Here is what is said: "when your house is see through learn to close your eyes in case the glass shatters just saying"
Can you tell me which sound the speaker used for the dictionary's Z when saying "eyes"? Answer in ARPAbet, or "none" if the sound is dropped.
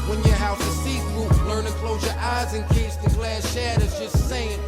Z